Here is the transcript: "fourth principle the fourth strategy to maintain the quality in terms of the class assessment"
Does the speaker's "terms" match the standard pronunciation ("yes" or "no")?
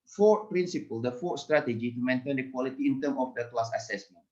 no